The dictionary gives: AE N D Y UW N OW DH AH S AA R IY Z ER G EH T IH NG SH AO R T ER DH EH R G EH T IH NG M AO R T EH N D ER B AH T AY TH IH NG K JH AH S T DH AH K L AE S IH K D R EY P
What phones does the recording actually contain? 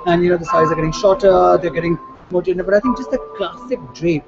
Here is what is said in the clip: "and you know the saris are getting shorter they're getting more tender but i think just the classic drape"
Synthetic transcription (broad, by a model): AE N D Y UW N OW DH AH S AA IY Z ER G EH T IH NG SH AO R T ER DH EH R G EH T IH NG M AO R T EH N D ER B AH T AY T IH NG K JH AH S T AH K L AE S IH K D R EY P